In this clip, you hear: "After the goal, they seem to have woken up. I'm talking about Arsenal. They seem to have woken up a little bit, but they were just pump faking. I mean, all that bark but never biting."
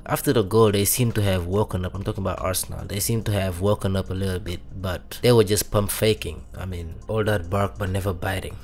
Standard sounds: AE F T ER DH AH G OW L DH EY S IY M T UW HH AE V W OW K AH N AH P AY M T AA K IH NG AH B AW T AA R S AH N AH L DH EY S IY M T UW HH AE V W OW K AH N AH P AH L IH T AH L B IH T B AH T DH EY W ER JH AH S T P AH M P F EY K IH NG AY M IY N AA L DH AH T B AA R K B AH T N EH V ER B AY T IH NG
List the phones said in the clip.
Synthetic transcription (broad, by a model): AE F T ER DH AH G OW L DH EY S IY M T UW HH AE V W OW K AH N AH P AY M T AA K IH NG AH B AW T AA R S AH N AH L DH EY S IY M T UW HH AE V W OW K AH N AH P AH L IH T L B IH T B AH T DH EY W ER JH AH S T P AH M P F EY K IH NG AY M IY N AA L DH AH T B AA R K B AH T N EH V ER B AY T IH NG